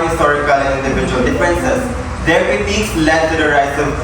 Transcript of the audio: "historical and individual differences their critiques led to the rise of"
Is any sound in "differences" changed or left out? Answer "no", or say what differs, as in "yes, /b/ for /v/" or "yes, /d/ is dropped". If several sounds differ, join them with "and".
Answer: yes, /ɹ/ is dropped